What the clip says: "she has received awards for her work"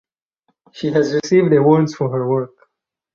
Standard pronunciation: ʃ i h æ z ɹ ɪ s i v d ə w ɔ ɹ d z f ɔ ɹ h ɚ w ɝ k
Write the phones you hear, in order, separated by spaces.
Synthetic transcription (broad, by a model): ʃ i h æ z ɹ ɪ s i v d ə w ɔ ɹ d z f ɔ ɹ h ɚ w ɝ k